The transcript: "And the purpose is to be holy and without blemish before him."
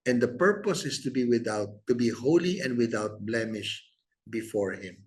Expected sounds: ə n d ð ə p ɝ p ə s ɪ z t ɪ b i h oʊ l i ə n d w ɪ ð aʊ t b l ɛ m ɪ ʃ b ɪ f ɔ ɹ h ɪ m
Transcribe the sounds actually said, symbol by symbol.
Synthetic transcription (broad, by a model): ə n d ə p ɝ p ə s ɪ s t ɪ b i h oʊ l i ə n d w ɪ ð aʊ t b l ɛ m ɪ ʃ b ɪ f ɔ ɹ h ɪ m